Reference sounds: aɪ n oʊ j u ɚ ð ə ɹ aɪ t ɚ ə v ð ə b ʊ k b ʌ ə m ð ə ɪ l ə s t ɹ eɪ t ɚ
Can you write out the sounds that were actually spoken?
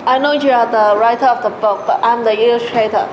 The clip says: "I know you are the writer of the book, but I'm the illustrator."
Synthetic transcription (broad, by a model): aɪ n oʊ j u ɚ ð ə ɹ aɪ t ɚ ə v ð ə b ʊ k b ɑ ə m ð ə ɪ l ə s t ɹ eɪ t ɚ